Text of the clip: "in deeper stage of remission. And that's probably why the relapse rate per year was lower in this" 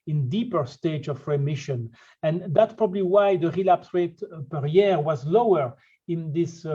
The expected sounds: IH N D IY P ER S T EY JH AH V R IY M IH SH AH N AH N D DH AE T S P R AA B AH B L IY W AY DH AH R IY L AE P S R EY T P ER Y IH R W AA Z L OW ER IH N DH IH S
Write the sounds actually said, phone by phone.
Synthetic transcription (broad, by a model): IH N D IY P ER S T EY JH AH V R IY M IH SH AH N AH N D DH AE T S P R AA B AH B L IY W AY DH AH R IY L AE P S R EY T P ER Y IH R W AA Z L OW ER IH N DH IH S